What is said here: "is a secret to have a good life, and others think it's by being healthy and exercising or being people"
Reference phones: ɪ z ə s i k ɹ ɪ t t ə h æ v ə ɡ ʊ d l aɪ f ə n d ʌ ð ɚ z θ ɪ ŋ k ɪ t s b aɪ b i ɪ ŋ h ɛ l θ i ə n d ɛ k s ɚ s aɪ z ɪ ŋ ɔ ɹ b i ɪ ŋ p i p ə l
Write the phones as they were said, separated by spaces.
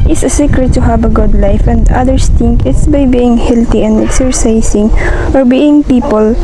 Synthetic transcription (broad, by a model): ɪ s ə s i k ɹ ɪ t t ə h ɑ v ə ɡ ʊ d l aɪ f ə n d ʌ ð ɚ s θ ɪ ŋ k ɪ t s b aɪ b i ɪ ŋ h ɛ l t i ə n d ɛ k s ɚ s aɪ s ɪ ŋ ɔ ɹ b i ɪ ŋ p i p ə l